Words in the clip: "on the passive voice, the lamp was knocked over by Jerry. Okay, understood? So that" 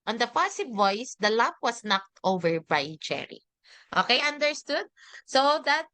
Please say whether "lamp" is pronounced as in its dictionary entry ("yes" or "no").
no